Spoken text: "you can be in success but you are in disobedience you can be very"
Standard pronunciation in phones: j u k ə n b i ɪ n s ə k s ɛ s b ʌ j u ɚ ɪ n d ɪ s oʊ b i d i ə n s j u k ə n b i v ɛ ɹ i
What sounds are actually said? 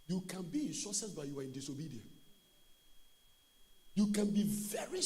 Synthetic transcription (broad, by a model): j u k ə n b i ɪ n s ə s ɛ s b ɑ j u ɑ ɪ n d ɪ s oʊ b i d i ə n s j u k ə n b i v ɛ ɹ i